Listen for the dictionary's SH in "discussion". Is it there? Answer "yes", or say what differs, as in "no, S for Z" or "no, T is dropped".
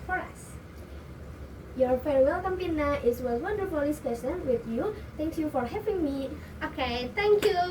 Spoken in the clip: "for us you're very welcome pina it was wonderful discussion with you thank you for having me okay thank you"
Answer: no, S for SH